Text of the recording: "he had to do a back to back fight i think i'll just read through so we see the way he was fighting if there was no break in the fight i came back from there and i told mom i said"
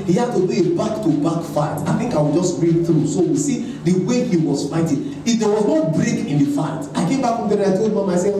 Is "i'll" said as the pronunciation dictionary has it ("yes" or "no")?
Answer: no